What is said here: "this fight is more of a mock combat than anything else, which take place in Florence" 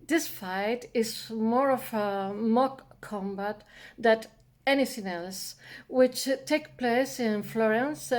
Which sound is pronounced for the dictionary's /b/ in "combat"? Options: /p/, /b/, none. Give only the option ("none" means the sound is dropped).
/b/